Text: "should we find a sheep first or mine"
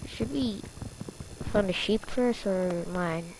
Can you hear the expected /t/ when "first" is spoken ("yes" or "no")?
no